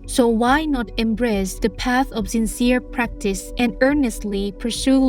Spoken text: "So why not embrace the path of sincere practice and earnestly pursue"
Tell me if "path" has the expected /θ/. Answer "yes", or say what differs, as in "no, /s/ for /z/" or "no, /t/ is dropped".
yes